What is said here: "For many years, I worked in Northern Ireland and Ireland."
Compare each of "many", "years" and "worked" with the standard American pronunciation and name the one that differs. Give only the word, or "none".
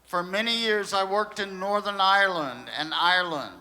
none